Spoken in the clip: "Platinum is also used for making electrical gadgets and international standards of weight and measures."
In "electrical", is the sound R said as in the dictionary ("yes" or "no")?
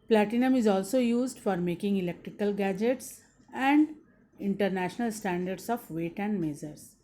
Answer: yes